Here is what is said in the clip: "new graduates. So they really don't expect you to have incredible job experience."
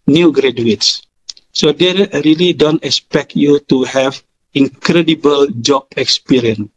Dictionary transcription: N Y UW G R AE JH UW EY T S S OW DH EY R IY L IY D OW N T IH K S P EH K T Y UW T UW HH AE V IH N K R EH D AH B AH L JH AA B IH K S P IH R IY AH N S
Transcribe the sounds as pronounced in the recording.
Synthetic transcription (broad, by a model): N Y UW G R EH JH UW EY T S S OW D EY R IY L IY D OW N T IH K S P EH K T Y UW T UW HH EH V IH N K R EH D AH B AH L JH AA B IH K S P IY R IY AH N